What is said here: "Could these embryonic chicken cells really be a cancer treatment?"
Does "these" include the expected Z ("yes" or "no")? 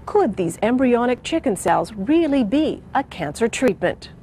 yes